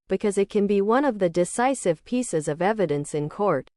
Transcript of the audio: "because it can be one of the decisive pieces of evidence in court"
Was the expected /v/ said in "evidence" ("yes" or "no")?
yes